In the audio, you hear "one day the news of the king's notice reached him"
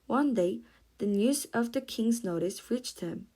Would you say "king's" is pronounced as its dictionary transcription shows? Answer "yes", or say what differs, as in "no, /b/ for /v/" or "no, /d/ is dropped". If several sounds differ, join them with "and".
yes